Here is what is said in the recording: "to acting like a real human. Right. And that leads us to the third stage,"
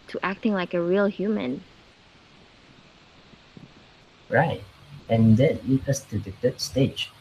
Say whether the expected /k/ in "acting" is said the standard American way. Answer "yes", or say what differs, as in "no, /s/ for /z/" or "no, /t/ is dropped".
yes